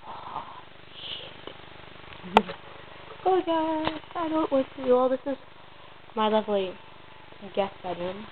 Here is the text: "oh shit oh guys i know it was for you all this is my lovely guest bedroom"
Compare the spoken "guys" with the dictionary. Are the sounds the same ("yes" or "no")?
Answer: no